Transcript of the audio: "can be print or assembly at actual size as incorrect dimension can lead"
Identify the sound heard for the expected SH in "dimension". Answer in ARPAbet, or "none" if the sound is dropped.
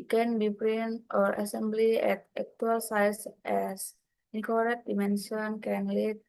S